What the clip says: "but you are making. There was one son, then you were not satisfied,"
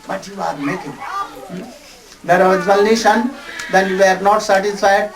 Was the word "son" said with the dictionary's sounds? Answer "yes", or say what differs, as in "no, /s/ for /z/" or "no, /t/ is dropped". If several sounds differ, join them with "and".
no, /ʃ/ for /s/